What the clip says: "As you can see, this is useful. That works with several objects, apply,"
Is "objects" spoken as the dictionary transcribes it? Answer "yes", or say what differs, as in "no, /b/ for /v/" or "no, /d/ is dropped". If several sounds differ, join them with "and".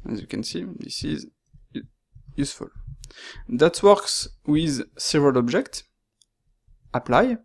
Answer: yes